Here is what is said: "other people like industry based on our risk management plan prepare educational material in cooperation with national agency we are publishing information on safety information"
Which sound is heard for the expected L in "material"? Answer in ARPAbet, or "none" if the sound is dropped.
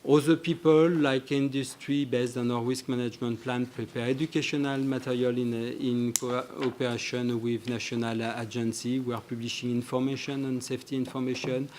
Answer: N